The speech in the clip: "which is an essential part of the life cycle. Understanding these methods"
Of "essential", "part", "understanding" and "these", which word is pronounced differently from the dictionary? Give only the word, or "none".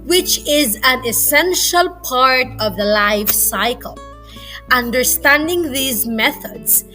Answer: none